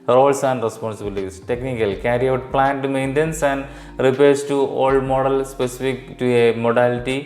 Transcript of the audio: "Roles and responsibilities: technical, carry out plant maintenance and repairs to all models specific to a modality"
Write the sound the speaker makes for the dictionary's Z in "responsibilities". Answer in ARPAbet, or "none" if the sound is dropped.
S